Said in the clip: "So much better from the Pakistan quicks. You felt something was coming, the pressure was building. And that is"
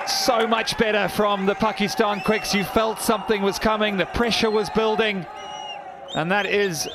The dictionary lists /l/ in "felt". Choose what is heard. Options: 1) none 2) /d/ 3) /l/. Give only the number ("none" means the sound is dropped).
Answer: 3